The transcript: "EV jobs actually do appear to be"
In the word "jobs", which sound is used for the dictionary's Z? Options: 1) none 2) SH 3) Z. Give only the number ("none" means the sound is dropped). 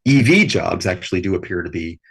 3